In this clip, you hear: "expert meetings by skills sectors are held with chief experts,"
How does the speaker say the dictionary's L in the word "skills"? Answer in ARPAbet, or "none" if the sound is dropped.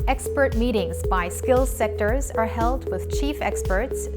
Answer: L